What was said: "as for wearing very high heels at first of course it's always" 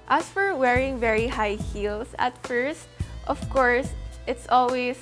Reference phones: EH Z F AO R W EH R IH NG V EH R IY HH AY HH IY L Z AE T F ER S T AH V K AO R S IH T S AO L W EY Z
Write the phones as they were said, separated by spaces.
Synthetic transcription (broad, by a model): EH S F AO R W EH R IH NG V EH R IY HH AY HH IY L S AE T F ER S T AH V K AO R S IH T S AO L W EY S